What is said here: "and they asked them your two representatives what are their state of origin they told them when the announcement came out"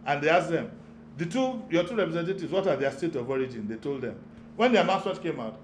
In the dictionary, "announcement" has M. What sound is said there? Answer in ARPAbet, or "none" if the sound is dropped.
none